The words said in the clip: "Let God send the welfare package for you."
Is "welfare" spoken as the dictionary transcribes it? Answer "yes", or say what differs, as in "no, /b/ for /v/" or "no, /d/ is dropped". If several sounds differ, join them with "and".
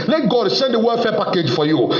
no, /l/ is dropped